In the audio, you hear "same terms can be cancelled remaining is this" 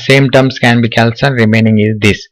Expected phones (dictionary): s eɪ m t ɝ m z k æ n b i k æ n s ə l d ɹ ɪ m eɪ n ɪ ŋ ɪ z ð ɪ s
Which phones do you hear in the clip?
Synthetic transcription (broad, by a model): s eɪ m t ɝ m s k æ n b i k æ l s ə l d ɹ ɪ m eɪ n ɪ ŋ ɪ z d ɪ s